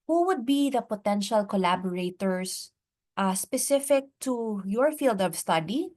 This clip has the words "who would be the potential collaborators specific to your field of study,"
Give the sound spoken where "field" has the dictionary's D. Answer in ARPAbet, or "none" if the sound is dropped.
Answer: D